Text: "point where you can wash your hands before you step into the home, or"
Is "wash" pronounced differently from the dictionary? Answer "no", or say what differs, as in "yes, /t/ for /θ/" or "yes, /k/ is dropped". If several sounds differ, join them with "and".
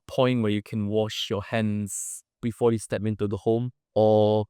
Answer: no